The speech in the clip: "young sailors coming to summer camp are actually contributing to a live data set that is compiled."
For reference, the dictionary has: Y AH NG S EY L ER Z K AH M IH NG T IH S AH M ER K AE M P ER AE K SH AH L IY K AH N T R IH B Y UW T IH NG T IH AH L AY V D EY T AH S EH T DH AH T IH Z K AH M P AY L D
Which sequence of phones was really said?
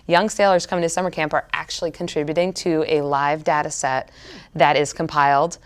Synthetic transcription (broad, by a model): Y AH NG S EY L ER Z K AH M IH NG T IH S AH M ER K AE M P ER AE K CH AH L IY K N T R IH B Y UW T IH NG T IH AH L AY V D EY T AH S EH T DH AH T IH Z K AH M P AY L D